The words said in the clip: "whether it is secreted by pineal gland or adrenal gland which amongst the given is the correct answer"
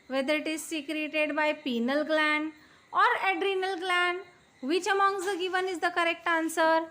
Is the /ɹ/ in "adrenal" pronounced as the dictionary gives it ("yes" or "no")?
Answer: yes